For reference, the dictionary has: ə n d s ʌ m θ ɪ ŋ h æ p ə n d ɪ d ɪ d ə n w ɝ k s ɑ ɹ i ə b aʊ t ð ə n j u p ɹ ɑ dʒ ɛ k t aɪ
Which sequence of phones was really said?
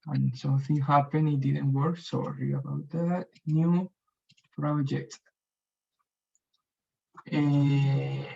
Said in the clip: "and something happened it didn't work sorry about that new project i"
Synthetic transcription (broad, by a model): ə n s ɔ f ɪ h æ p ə n ɪ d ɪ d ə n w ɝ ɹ s ɑ ɹ i ə b aʊ t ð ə n j u p ɹ ɑ dʒ ɛ k t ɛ